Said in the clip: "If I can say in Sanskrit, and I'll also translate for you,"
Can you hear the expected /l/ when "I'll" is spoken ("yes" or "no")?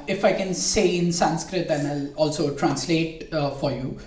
yes